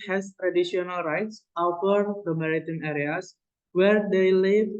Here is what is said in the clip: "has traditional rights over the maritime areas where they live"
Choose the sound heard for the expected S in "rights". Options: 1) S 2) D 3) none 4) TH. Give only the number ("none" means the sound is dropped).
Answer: 1